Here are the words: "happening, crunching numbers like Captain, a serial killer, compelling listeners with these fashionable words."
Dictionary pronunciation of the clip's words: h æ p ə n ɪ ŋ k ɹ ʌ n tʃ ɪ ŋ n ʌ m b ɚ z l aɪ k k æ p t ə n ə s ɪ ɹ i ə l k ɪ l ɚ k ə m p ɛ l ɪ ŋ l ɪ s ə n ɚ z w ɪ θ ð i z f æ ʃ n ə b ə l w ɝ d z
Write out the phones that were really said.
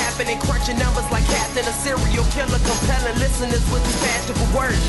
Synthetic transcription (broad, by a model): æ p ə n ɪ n k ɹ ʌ tʃ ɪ n ʌ m b ɚ z l aɪ k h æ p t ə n ə s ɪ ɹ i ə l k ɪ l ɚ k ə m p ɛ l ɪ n l ɪ s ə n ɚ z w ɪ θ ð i f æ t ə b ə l w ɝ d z